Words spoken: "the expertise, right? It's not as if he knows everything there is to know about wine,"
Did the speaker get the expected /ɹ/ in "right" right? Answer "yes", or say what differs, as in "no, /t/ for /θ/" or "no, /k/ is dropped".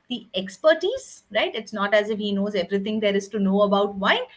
yes